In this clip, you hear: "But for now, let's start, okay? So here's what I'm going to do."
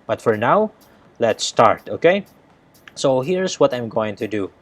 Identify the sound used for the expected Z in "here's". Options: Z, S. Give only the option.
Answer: S